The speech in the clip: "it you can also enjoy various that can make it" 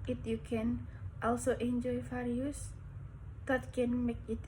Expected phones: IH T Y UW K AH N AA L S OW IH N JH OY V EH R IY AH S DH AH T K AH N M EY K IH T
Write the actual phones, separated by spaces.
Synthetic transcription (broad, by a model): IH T Y UW K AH N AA L S OW IH N JH OY F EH R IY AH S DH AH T K AH N M EY K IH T